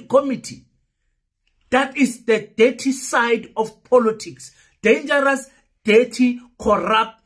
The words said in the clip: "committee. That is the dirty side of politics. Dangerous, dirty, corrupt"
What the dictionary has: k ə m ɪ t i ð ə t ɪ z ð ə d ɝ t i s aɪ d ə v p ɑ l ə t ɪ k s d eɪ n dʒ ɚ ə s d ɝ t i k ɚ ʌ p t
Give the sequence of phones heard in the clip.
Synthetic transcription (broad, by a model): k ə m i t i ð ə t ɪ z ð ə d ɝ t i s aɪ d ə f p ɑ l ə t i k s d eɪ n dʒ ɚ ə s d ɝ t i k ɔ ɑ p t